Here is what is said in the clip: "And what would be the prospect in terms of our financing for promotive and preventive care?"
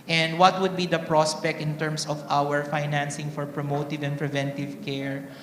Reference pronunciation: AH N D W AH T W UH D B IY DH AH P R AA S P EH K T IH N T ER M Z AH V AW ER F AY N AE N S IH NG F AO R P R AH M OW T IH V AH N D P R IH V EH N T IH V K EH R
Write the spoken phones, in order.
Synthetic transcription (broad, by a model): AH N D W AH T W UH D B IY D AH P R AA S P EH K T IH N T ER M S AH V AW ER F AY N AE N S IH NG F AO R P R AH M OW T IH V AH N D P R IH V EH N T IH V K EH R